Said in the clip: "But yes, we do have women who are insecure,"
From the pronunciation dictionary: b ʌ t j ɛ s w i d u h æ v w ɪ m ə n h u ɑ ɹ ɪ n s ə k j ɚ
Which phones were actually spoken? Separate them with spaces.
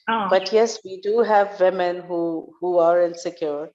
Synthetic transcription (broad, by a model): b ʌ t j ɛ s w i d u h æ v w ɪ m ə n h u ɑ ɹ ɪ n s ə k j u